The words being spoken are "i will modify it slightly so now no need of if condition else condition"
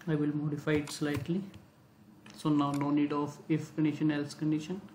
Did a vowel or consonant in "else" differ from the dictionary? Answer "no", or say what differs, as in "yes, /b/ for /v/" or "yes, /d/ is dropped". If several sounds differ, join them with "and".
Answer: no